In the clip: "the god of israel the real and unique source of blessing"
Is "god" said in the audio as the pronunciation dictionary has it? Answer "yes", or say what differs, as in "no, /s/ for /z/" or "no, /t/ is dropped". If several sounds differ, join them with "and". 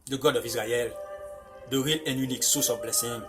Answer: yes